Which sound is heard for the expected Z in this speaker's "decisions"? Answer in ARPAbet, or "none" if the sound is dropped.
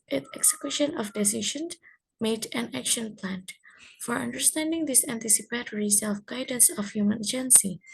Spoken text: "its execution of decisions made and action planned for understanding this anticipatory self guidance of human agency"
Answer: none